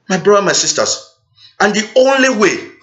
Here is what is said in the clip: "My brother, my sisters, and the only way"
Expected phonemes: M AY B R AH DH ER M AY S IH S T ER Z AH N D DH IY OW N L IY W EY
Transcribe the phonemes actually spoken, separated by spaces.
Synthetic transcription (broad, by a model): M AY B R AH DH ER M AY S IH S T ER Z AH N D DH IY OW N L IY W EY